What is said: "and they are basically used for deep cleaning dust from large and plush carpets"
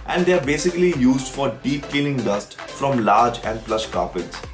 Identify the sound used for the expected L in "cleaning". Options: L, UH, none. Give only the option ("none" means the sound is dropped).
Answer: none